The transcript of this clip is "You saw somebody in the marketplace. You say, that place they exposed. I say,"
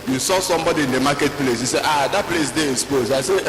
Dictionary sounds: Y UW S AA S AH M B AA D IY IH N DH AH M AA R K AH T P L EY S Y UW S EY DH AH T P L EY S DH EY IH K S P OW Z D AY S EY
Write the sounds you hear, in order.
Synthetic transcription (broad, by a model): Y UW S AA S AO M B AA D IY IH N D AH M AA K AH T P L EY S Y UW S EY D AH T P L EY S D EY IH S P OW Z AY S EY